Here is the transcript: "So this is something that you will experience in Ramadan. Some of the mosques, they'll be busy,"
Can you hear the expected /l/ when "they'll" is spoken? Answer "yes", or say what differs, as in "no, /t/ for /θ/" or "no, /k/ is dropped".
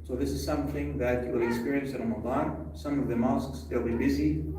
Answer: yes